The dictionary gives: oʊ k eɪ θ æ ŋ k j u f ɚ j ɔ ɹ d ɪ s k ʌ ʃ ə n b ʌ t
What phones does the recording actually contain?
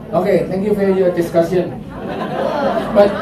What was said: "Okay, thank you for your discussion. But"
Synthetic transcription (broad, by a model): oʊ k eɪ t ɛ ŋ k j u f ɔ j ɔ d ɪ s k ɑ s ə n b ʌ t